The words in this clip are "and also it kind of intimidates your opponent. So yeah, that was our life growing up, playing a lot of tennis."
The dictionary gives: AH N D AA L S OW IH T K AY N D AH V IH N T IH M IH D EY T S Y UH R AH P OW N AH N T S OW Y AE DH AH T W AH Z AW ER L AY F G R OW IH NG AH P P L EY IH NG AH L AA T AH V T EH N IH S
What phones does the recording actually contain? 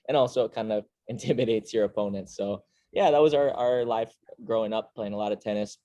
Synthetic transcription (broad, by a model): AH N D AA L S OW IH T K AY N D AH V IH N T IH M IH D EY T S Y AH R AH P OW N AH N T S OW Y AE DH AH T W AH Z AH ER L AY F G R OW IH NG AH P P L EY IH NG AH L AA T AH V T EH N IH S